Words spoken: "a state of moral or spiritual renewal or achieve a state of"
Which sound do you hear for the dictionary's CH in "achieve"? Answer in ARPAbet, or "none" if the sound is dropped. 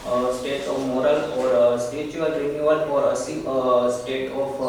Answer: S